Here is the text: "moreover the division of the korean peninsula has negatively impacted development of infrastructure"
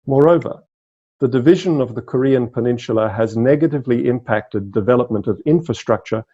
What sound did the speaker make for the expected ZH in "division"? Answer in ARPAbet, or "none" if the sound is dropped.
ZH